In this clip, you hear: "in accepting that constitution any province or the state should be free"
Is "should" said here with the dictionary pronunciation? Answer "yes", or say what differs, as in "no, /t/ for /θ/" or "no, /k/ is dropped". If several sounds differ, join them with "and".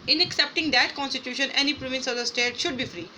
yes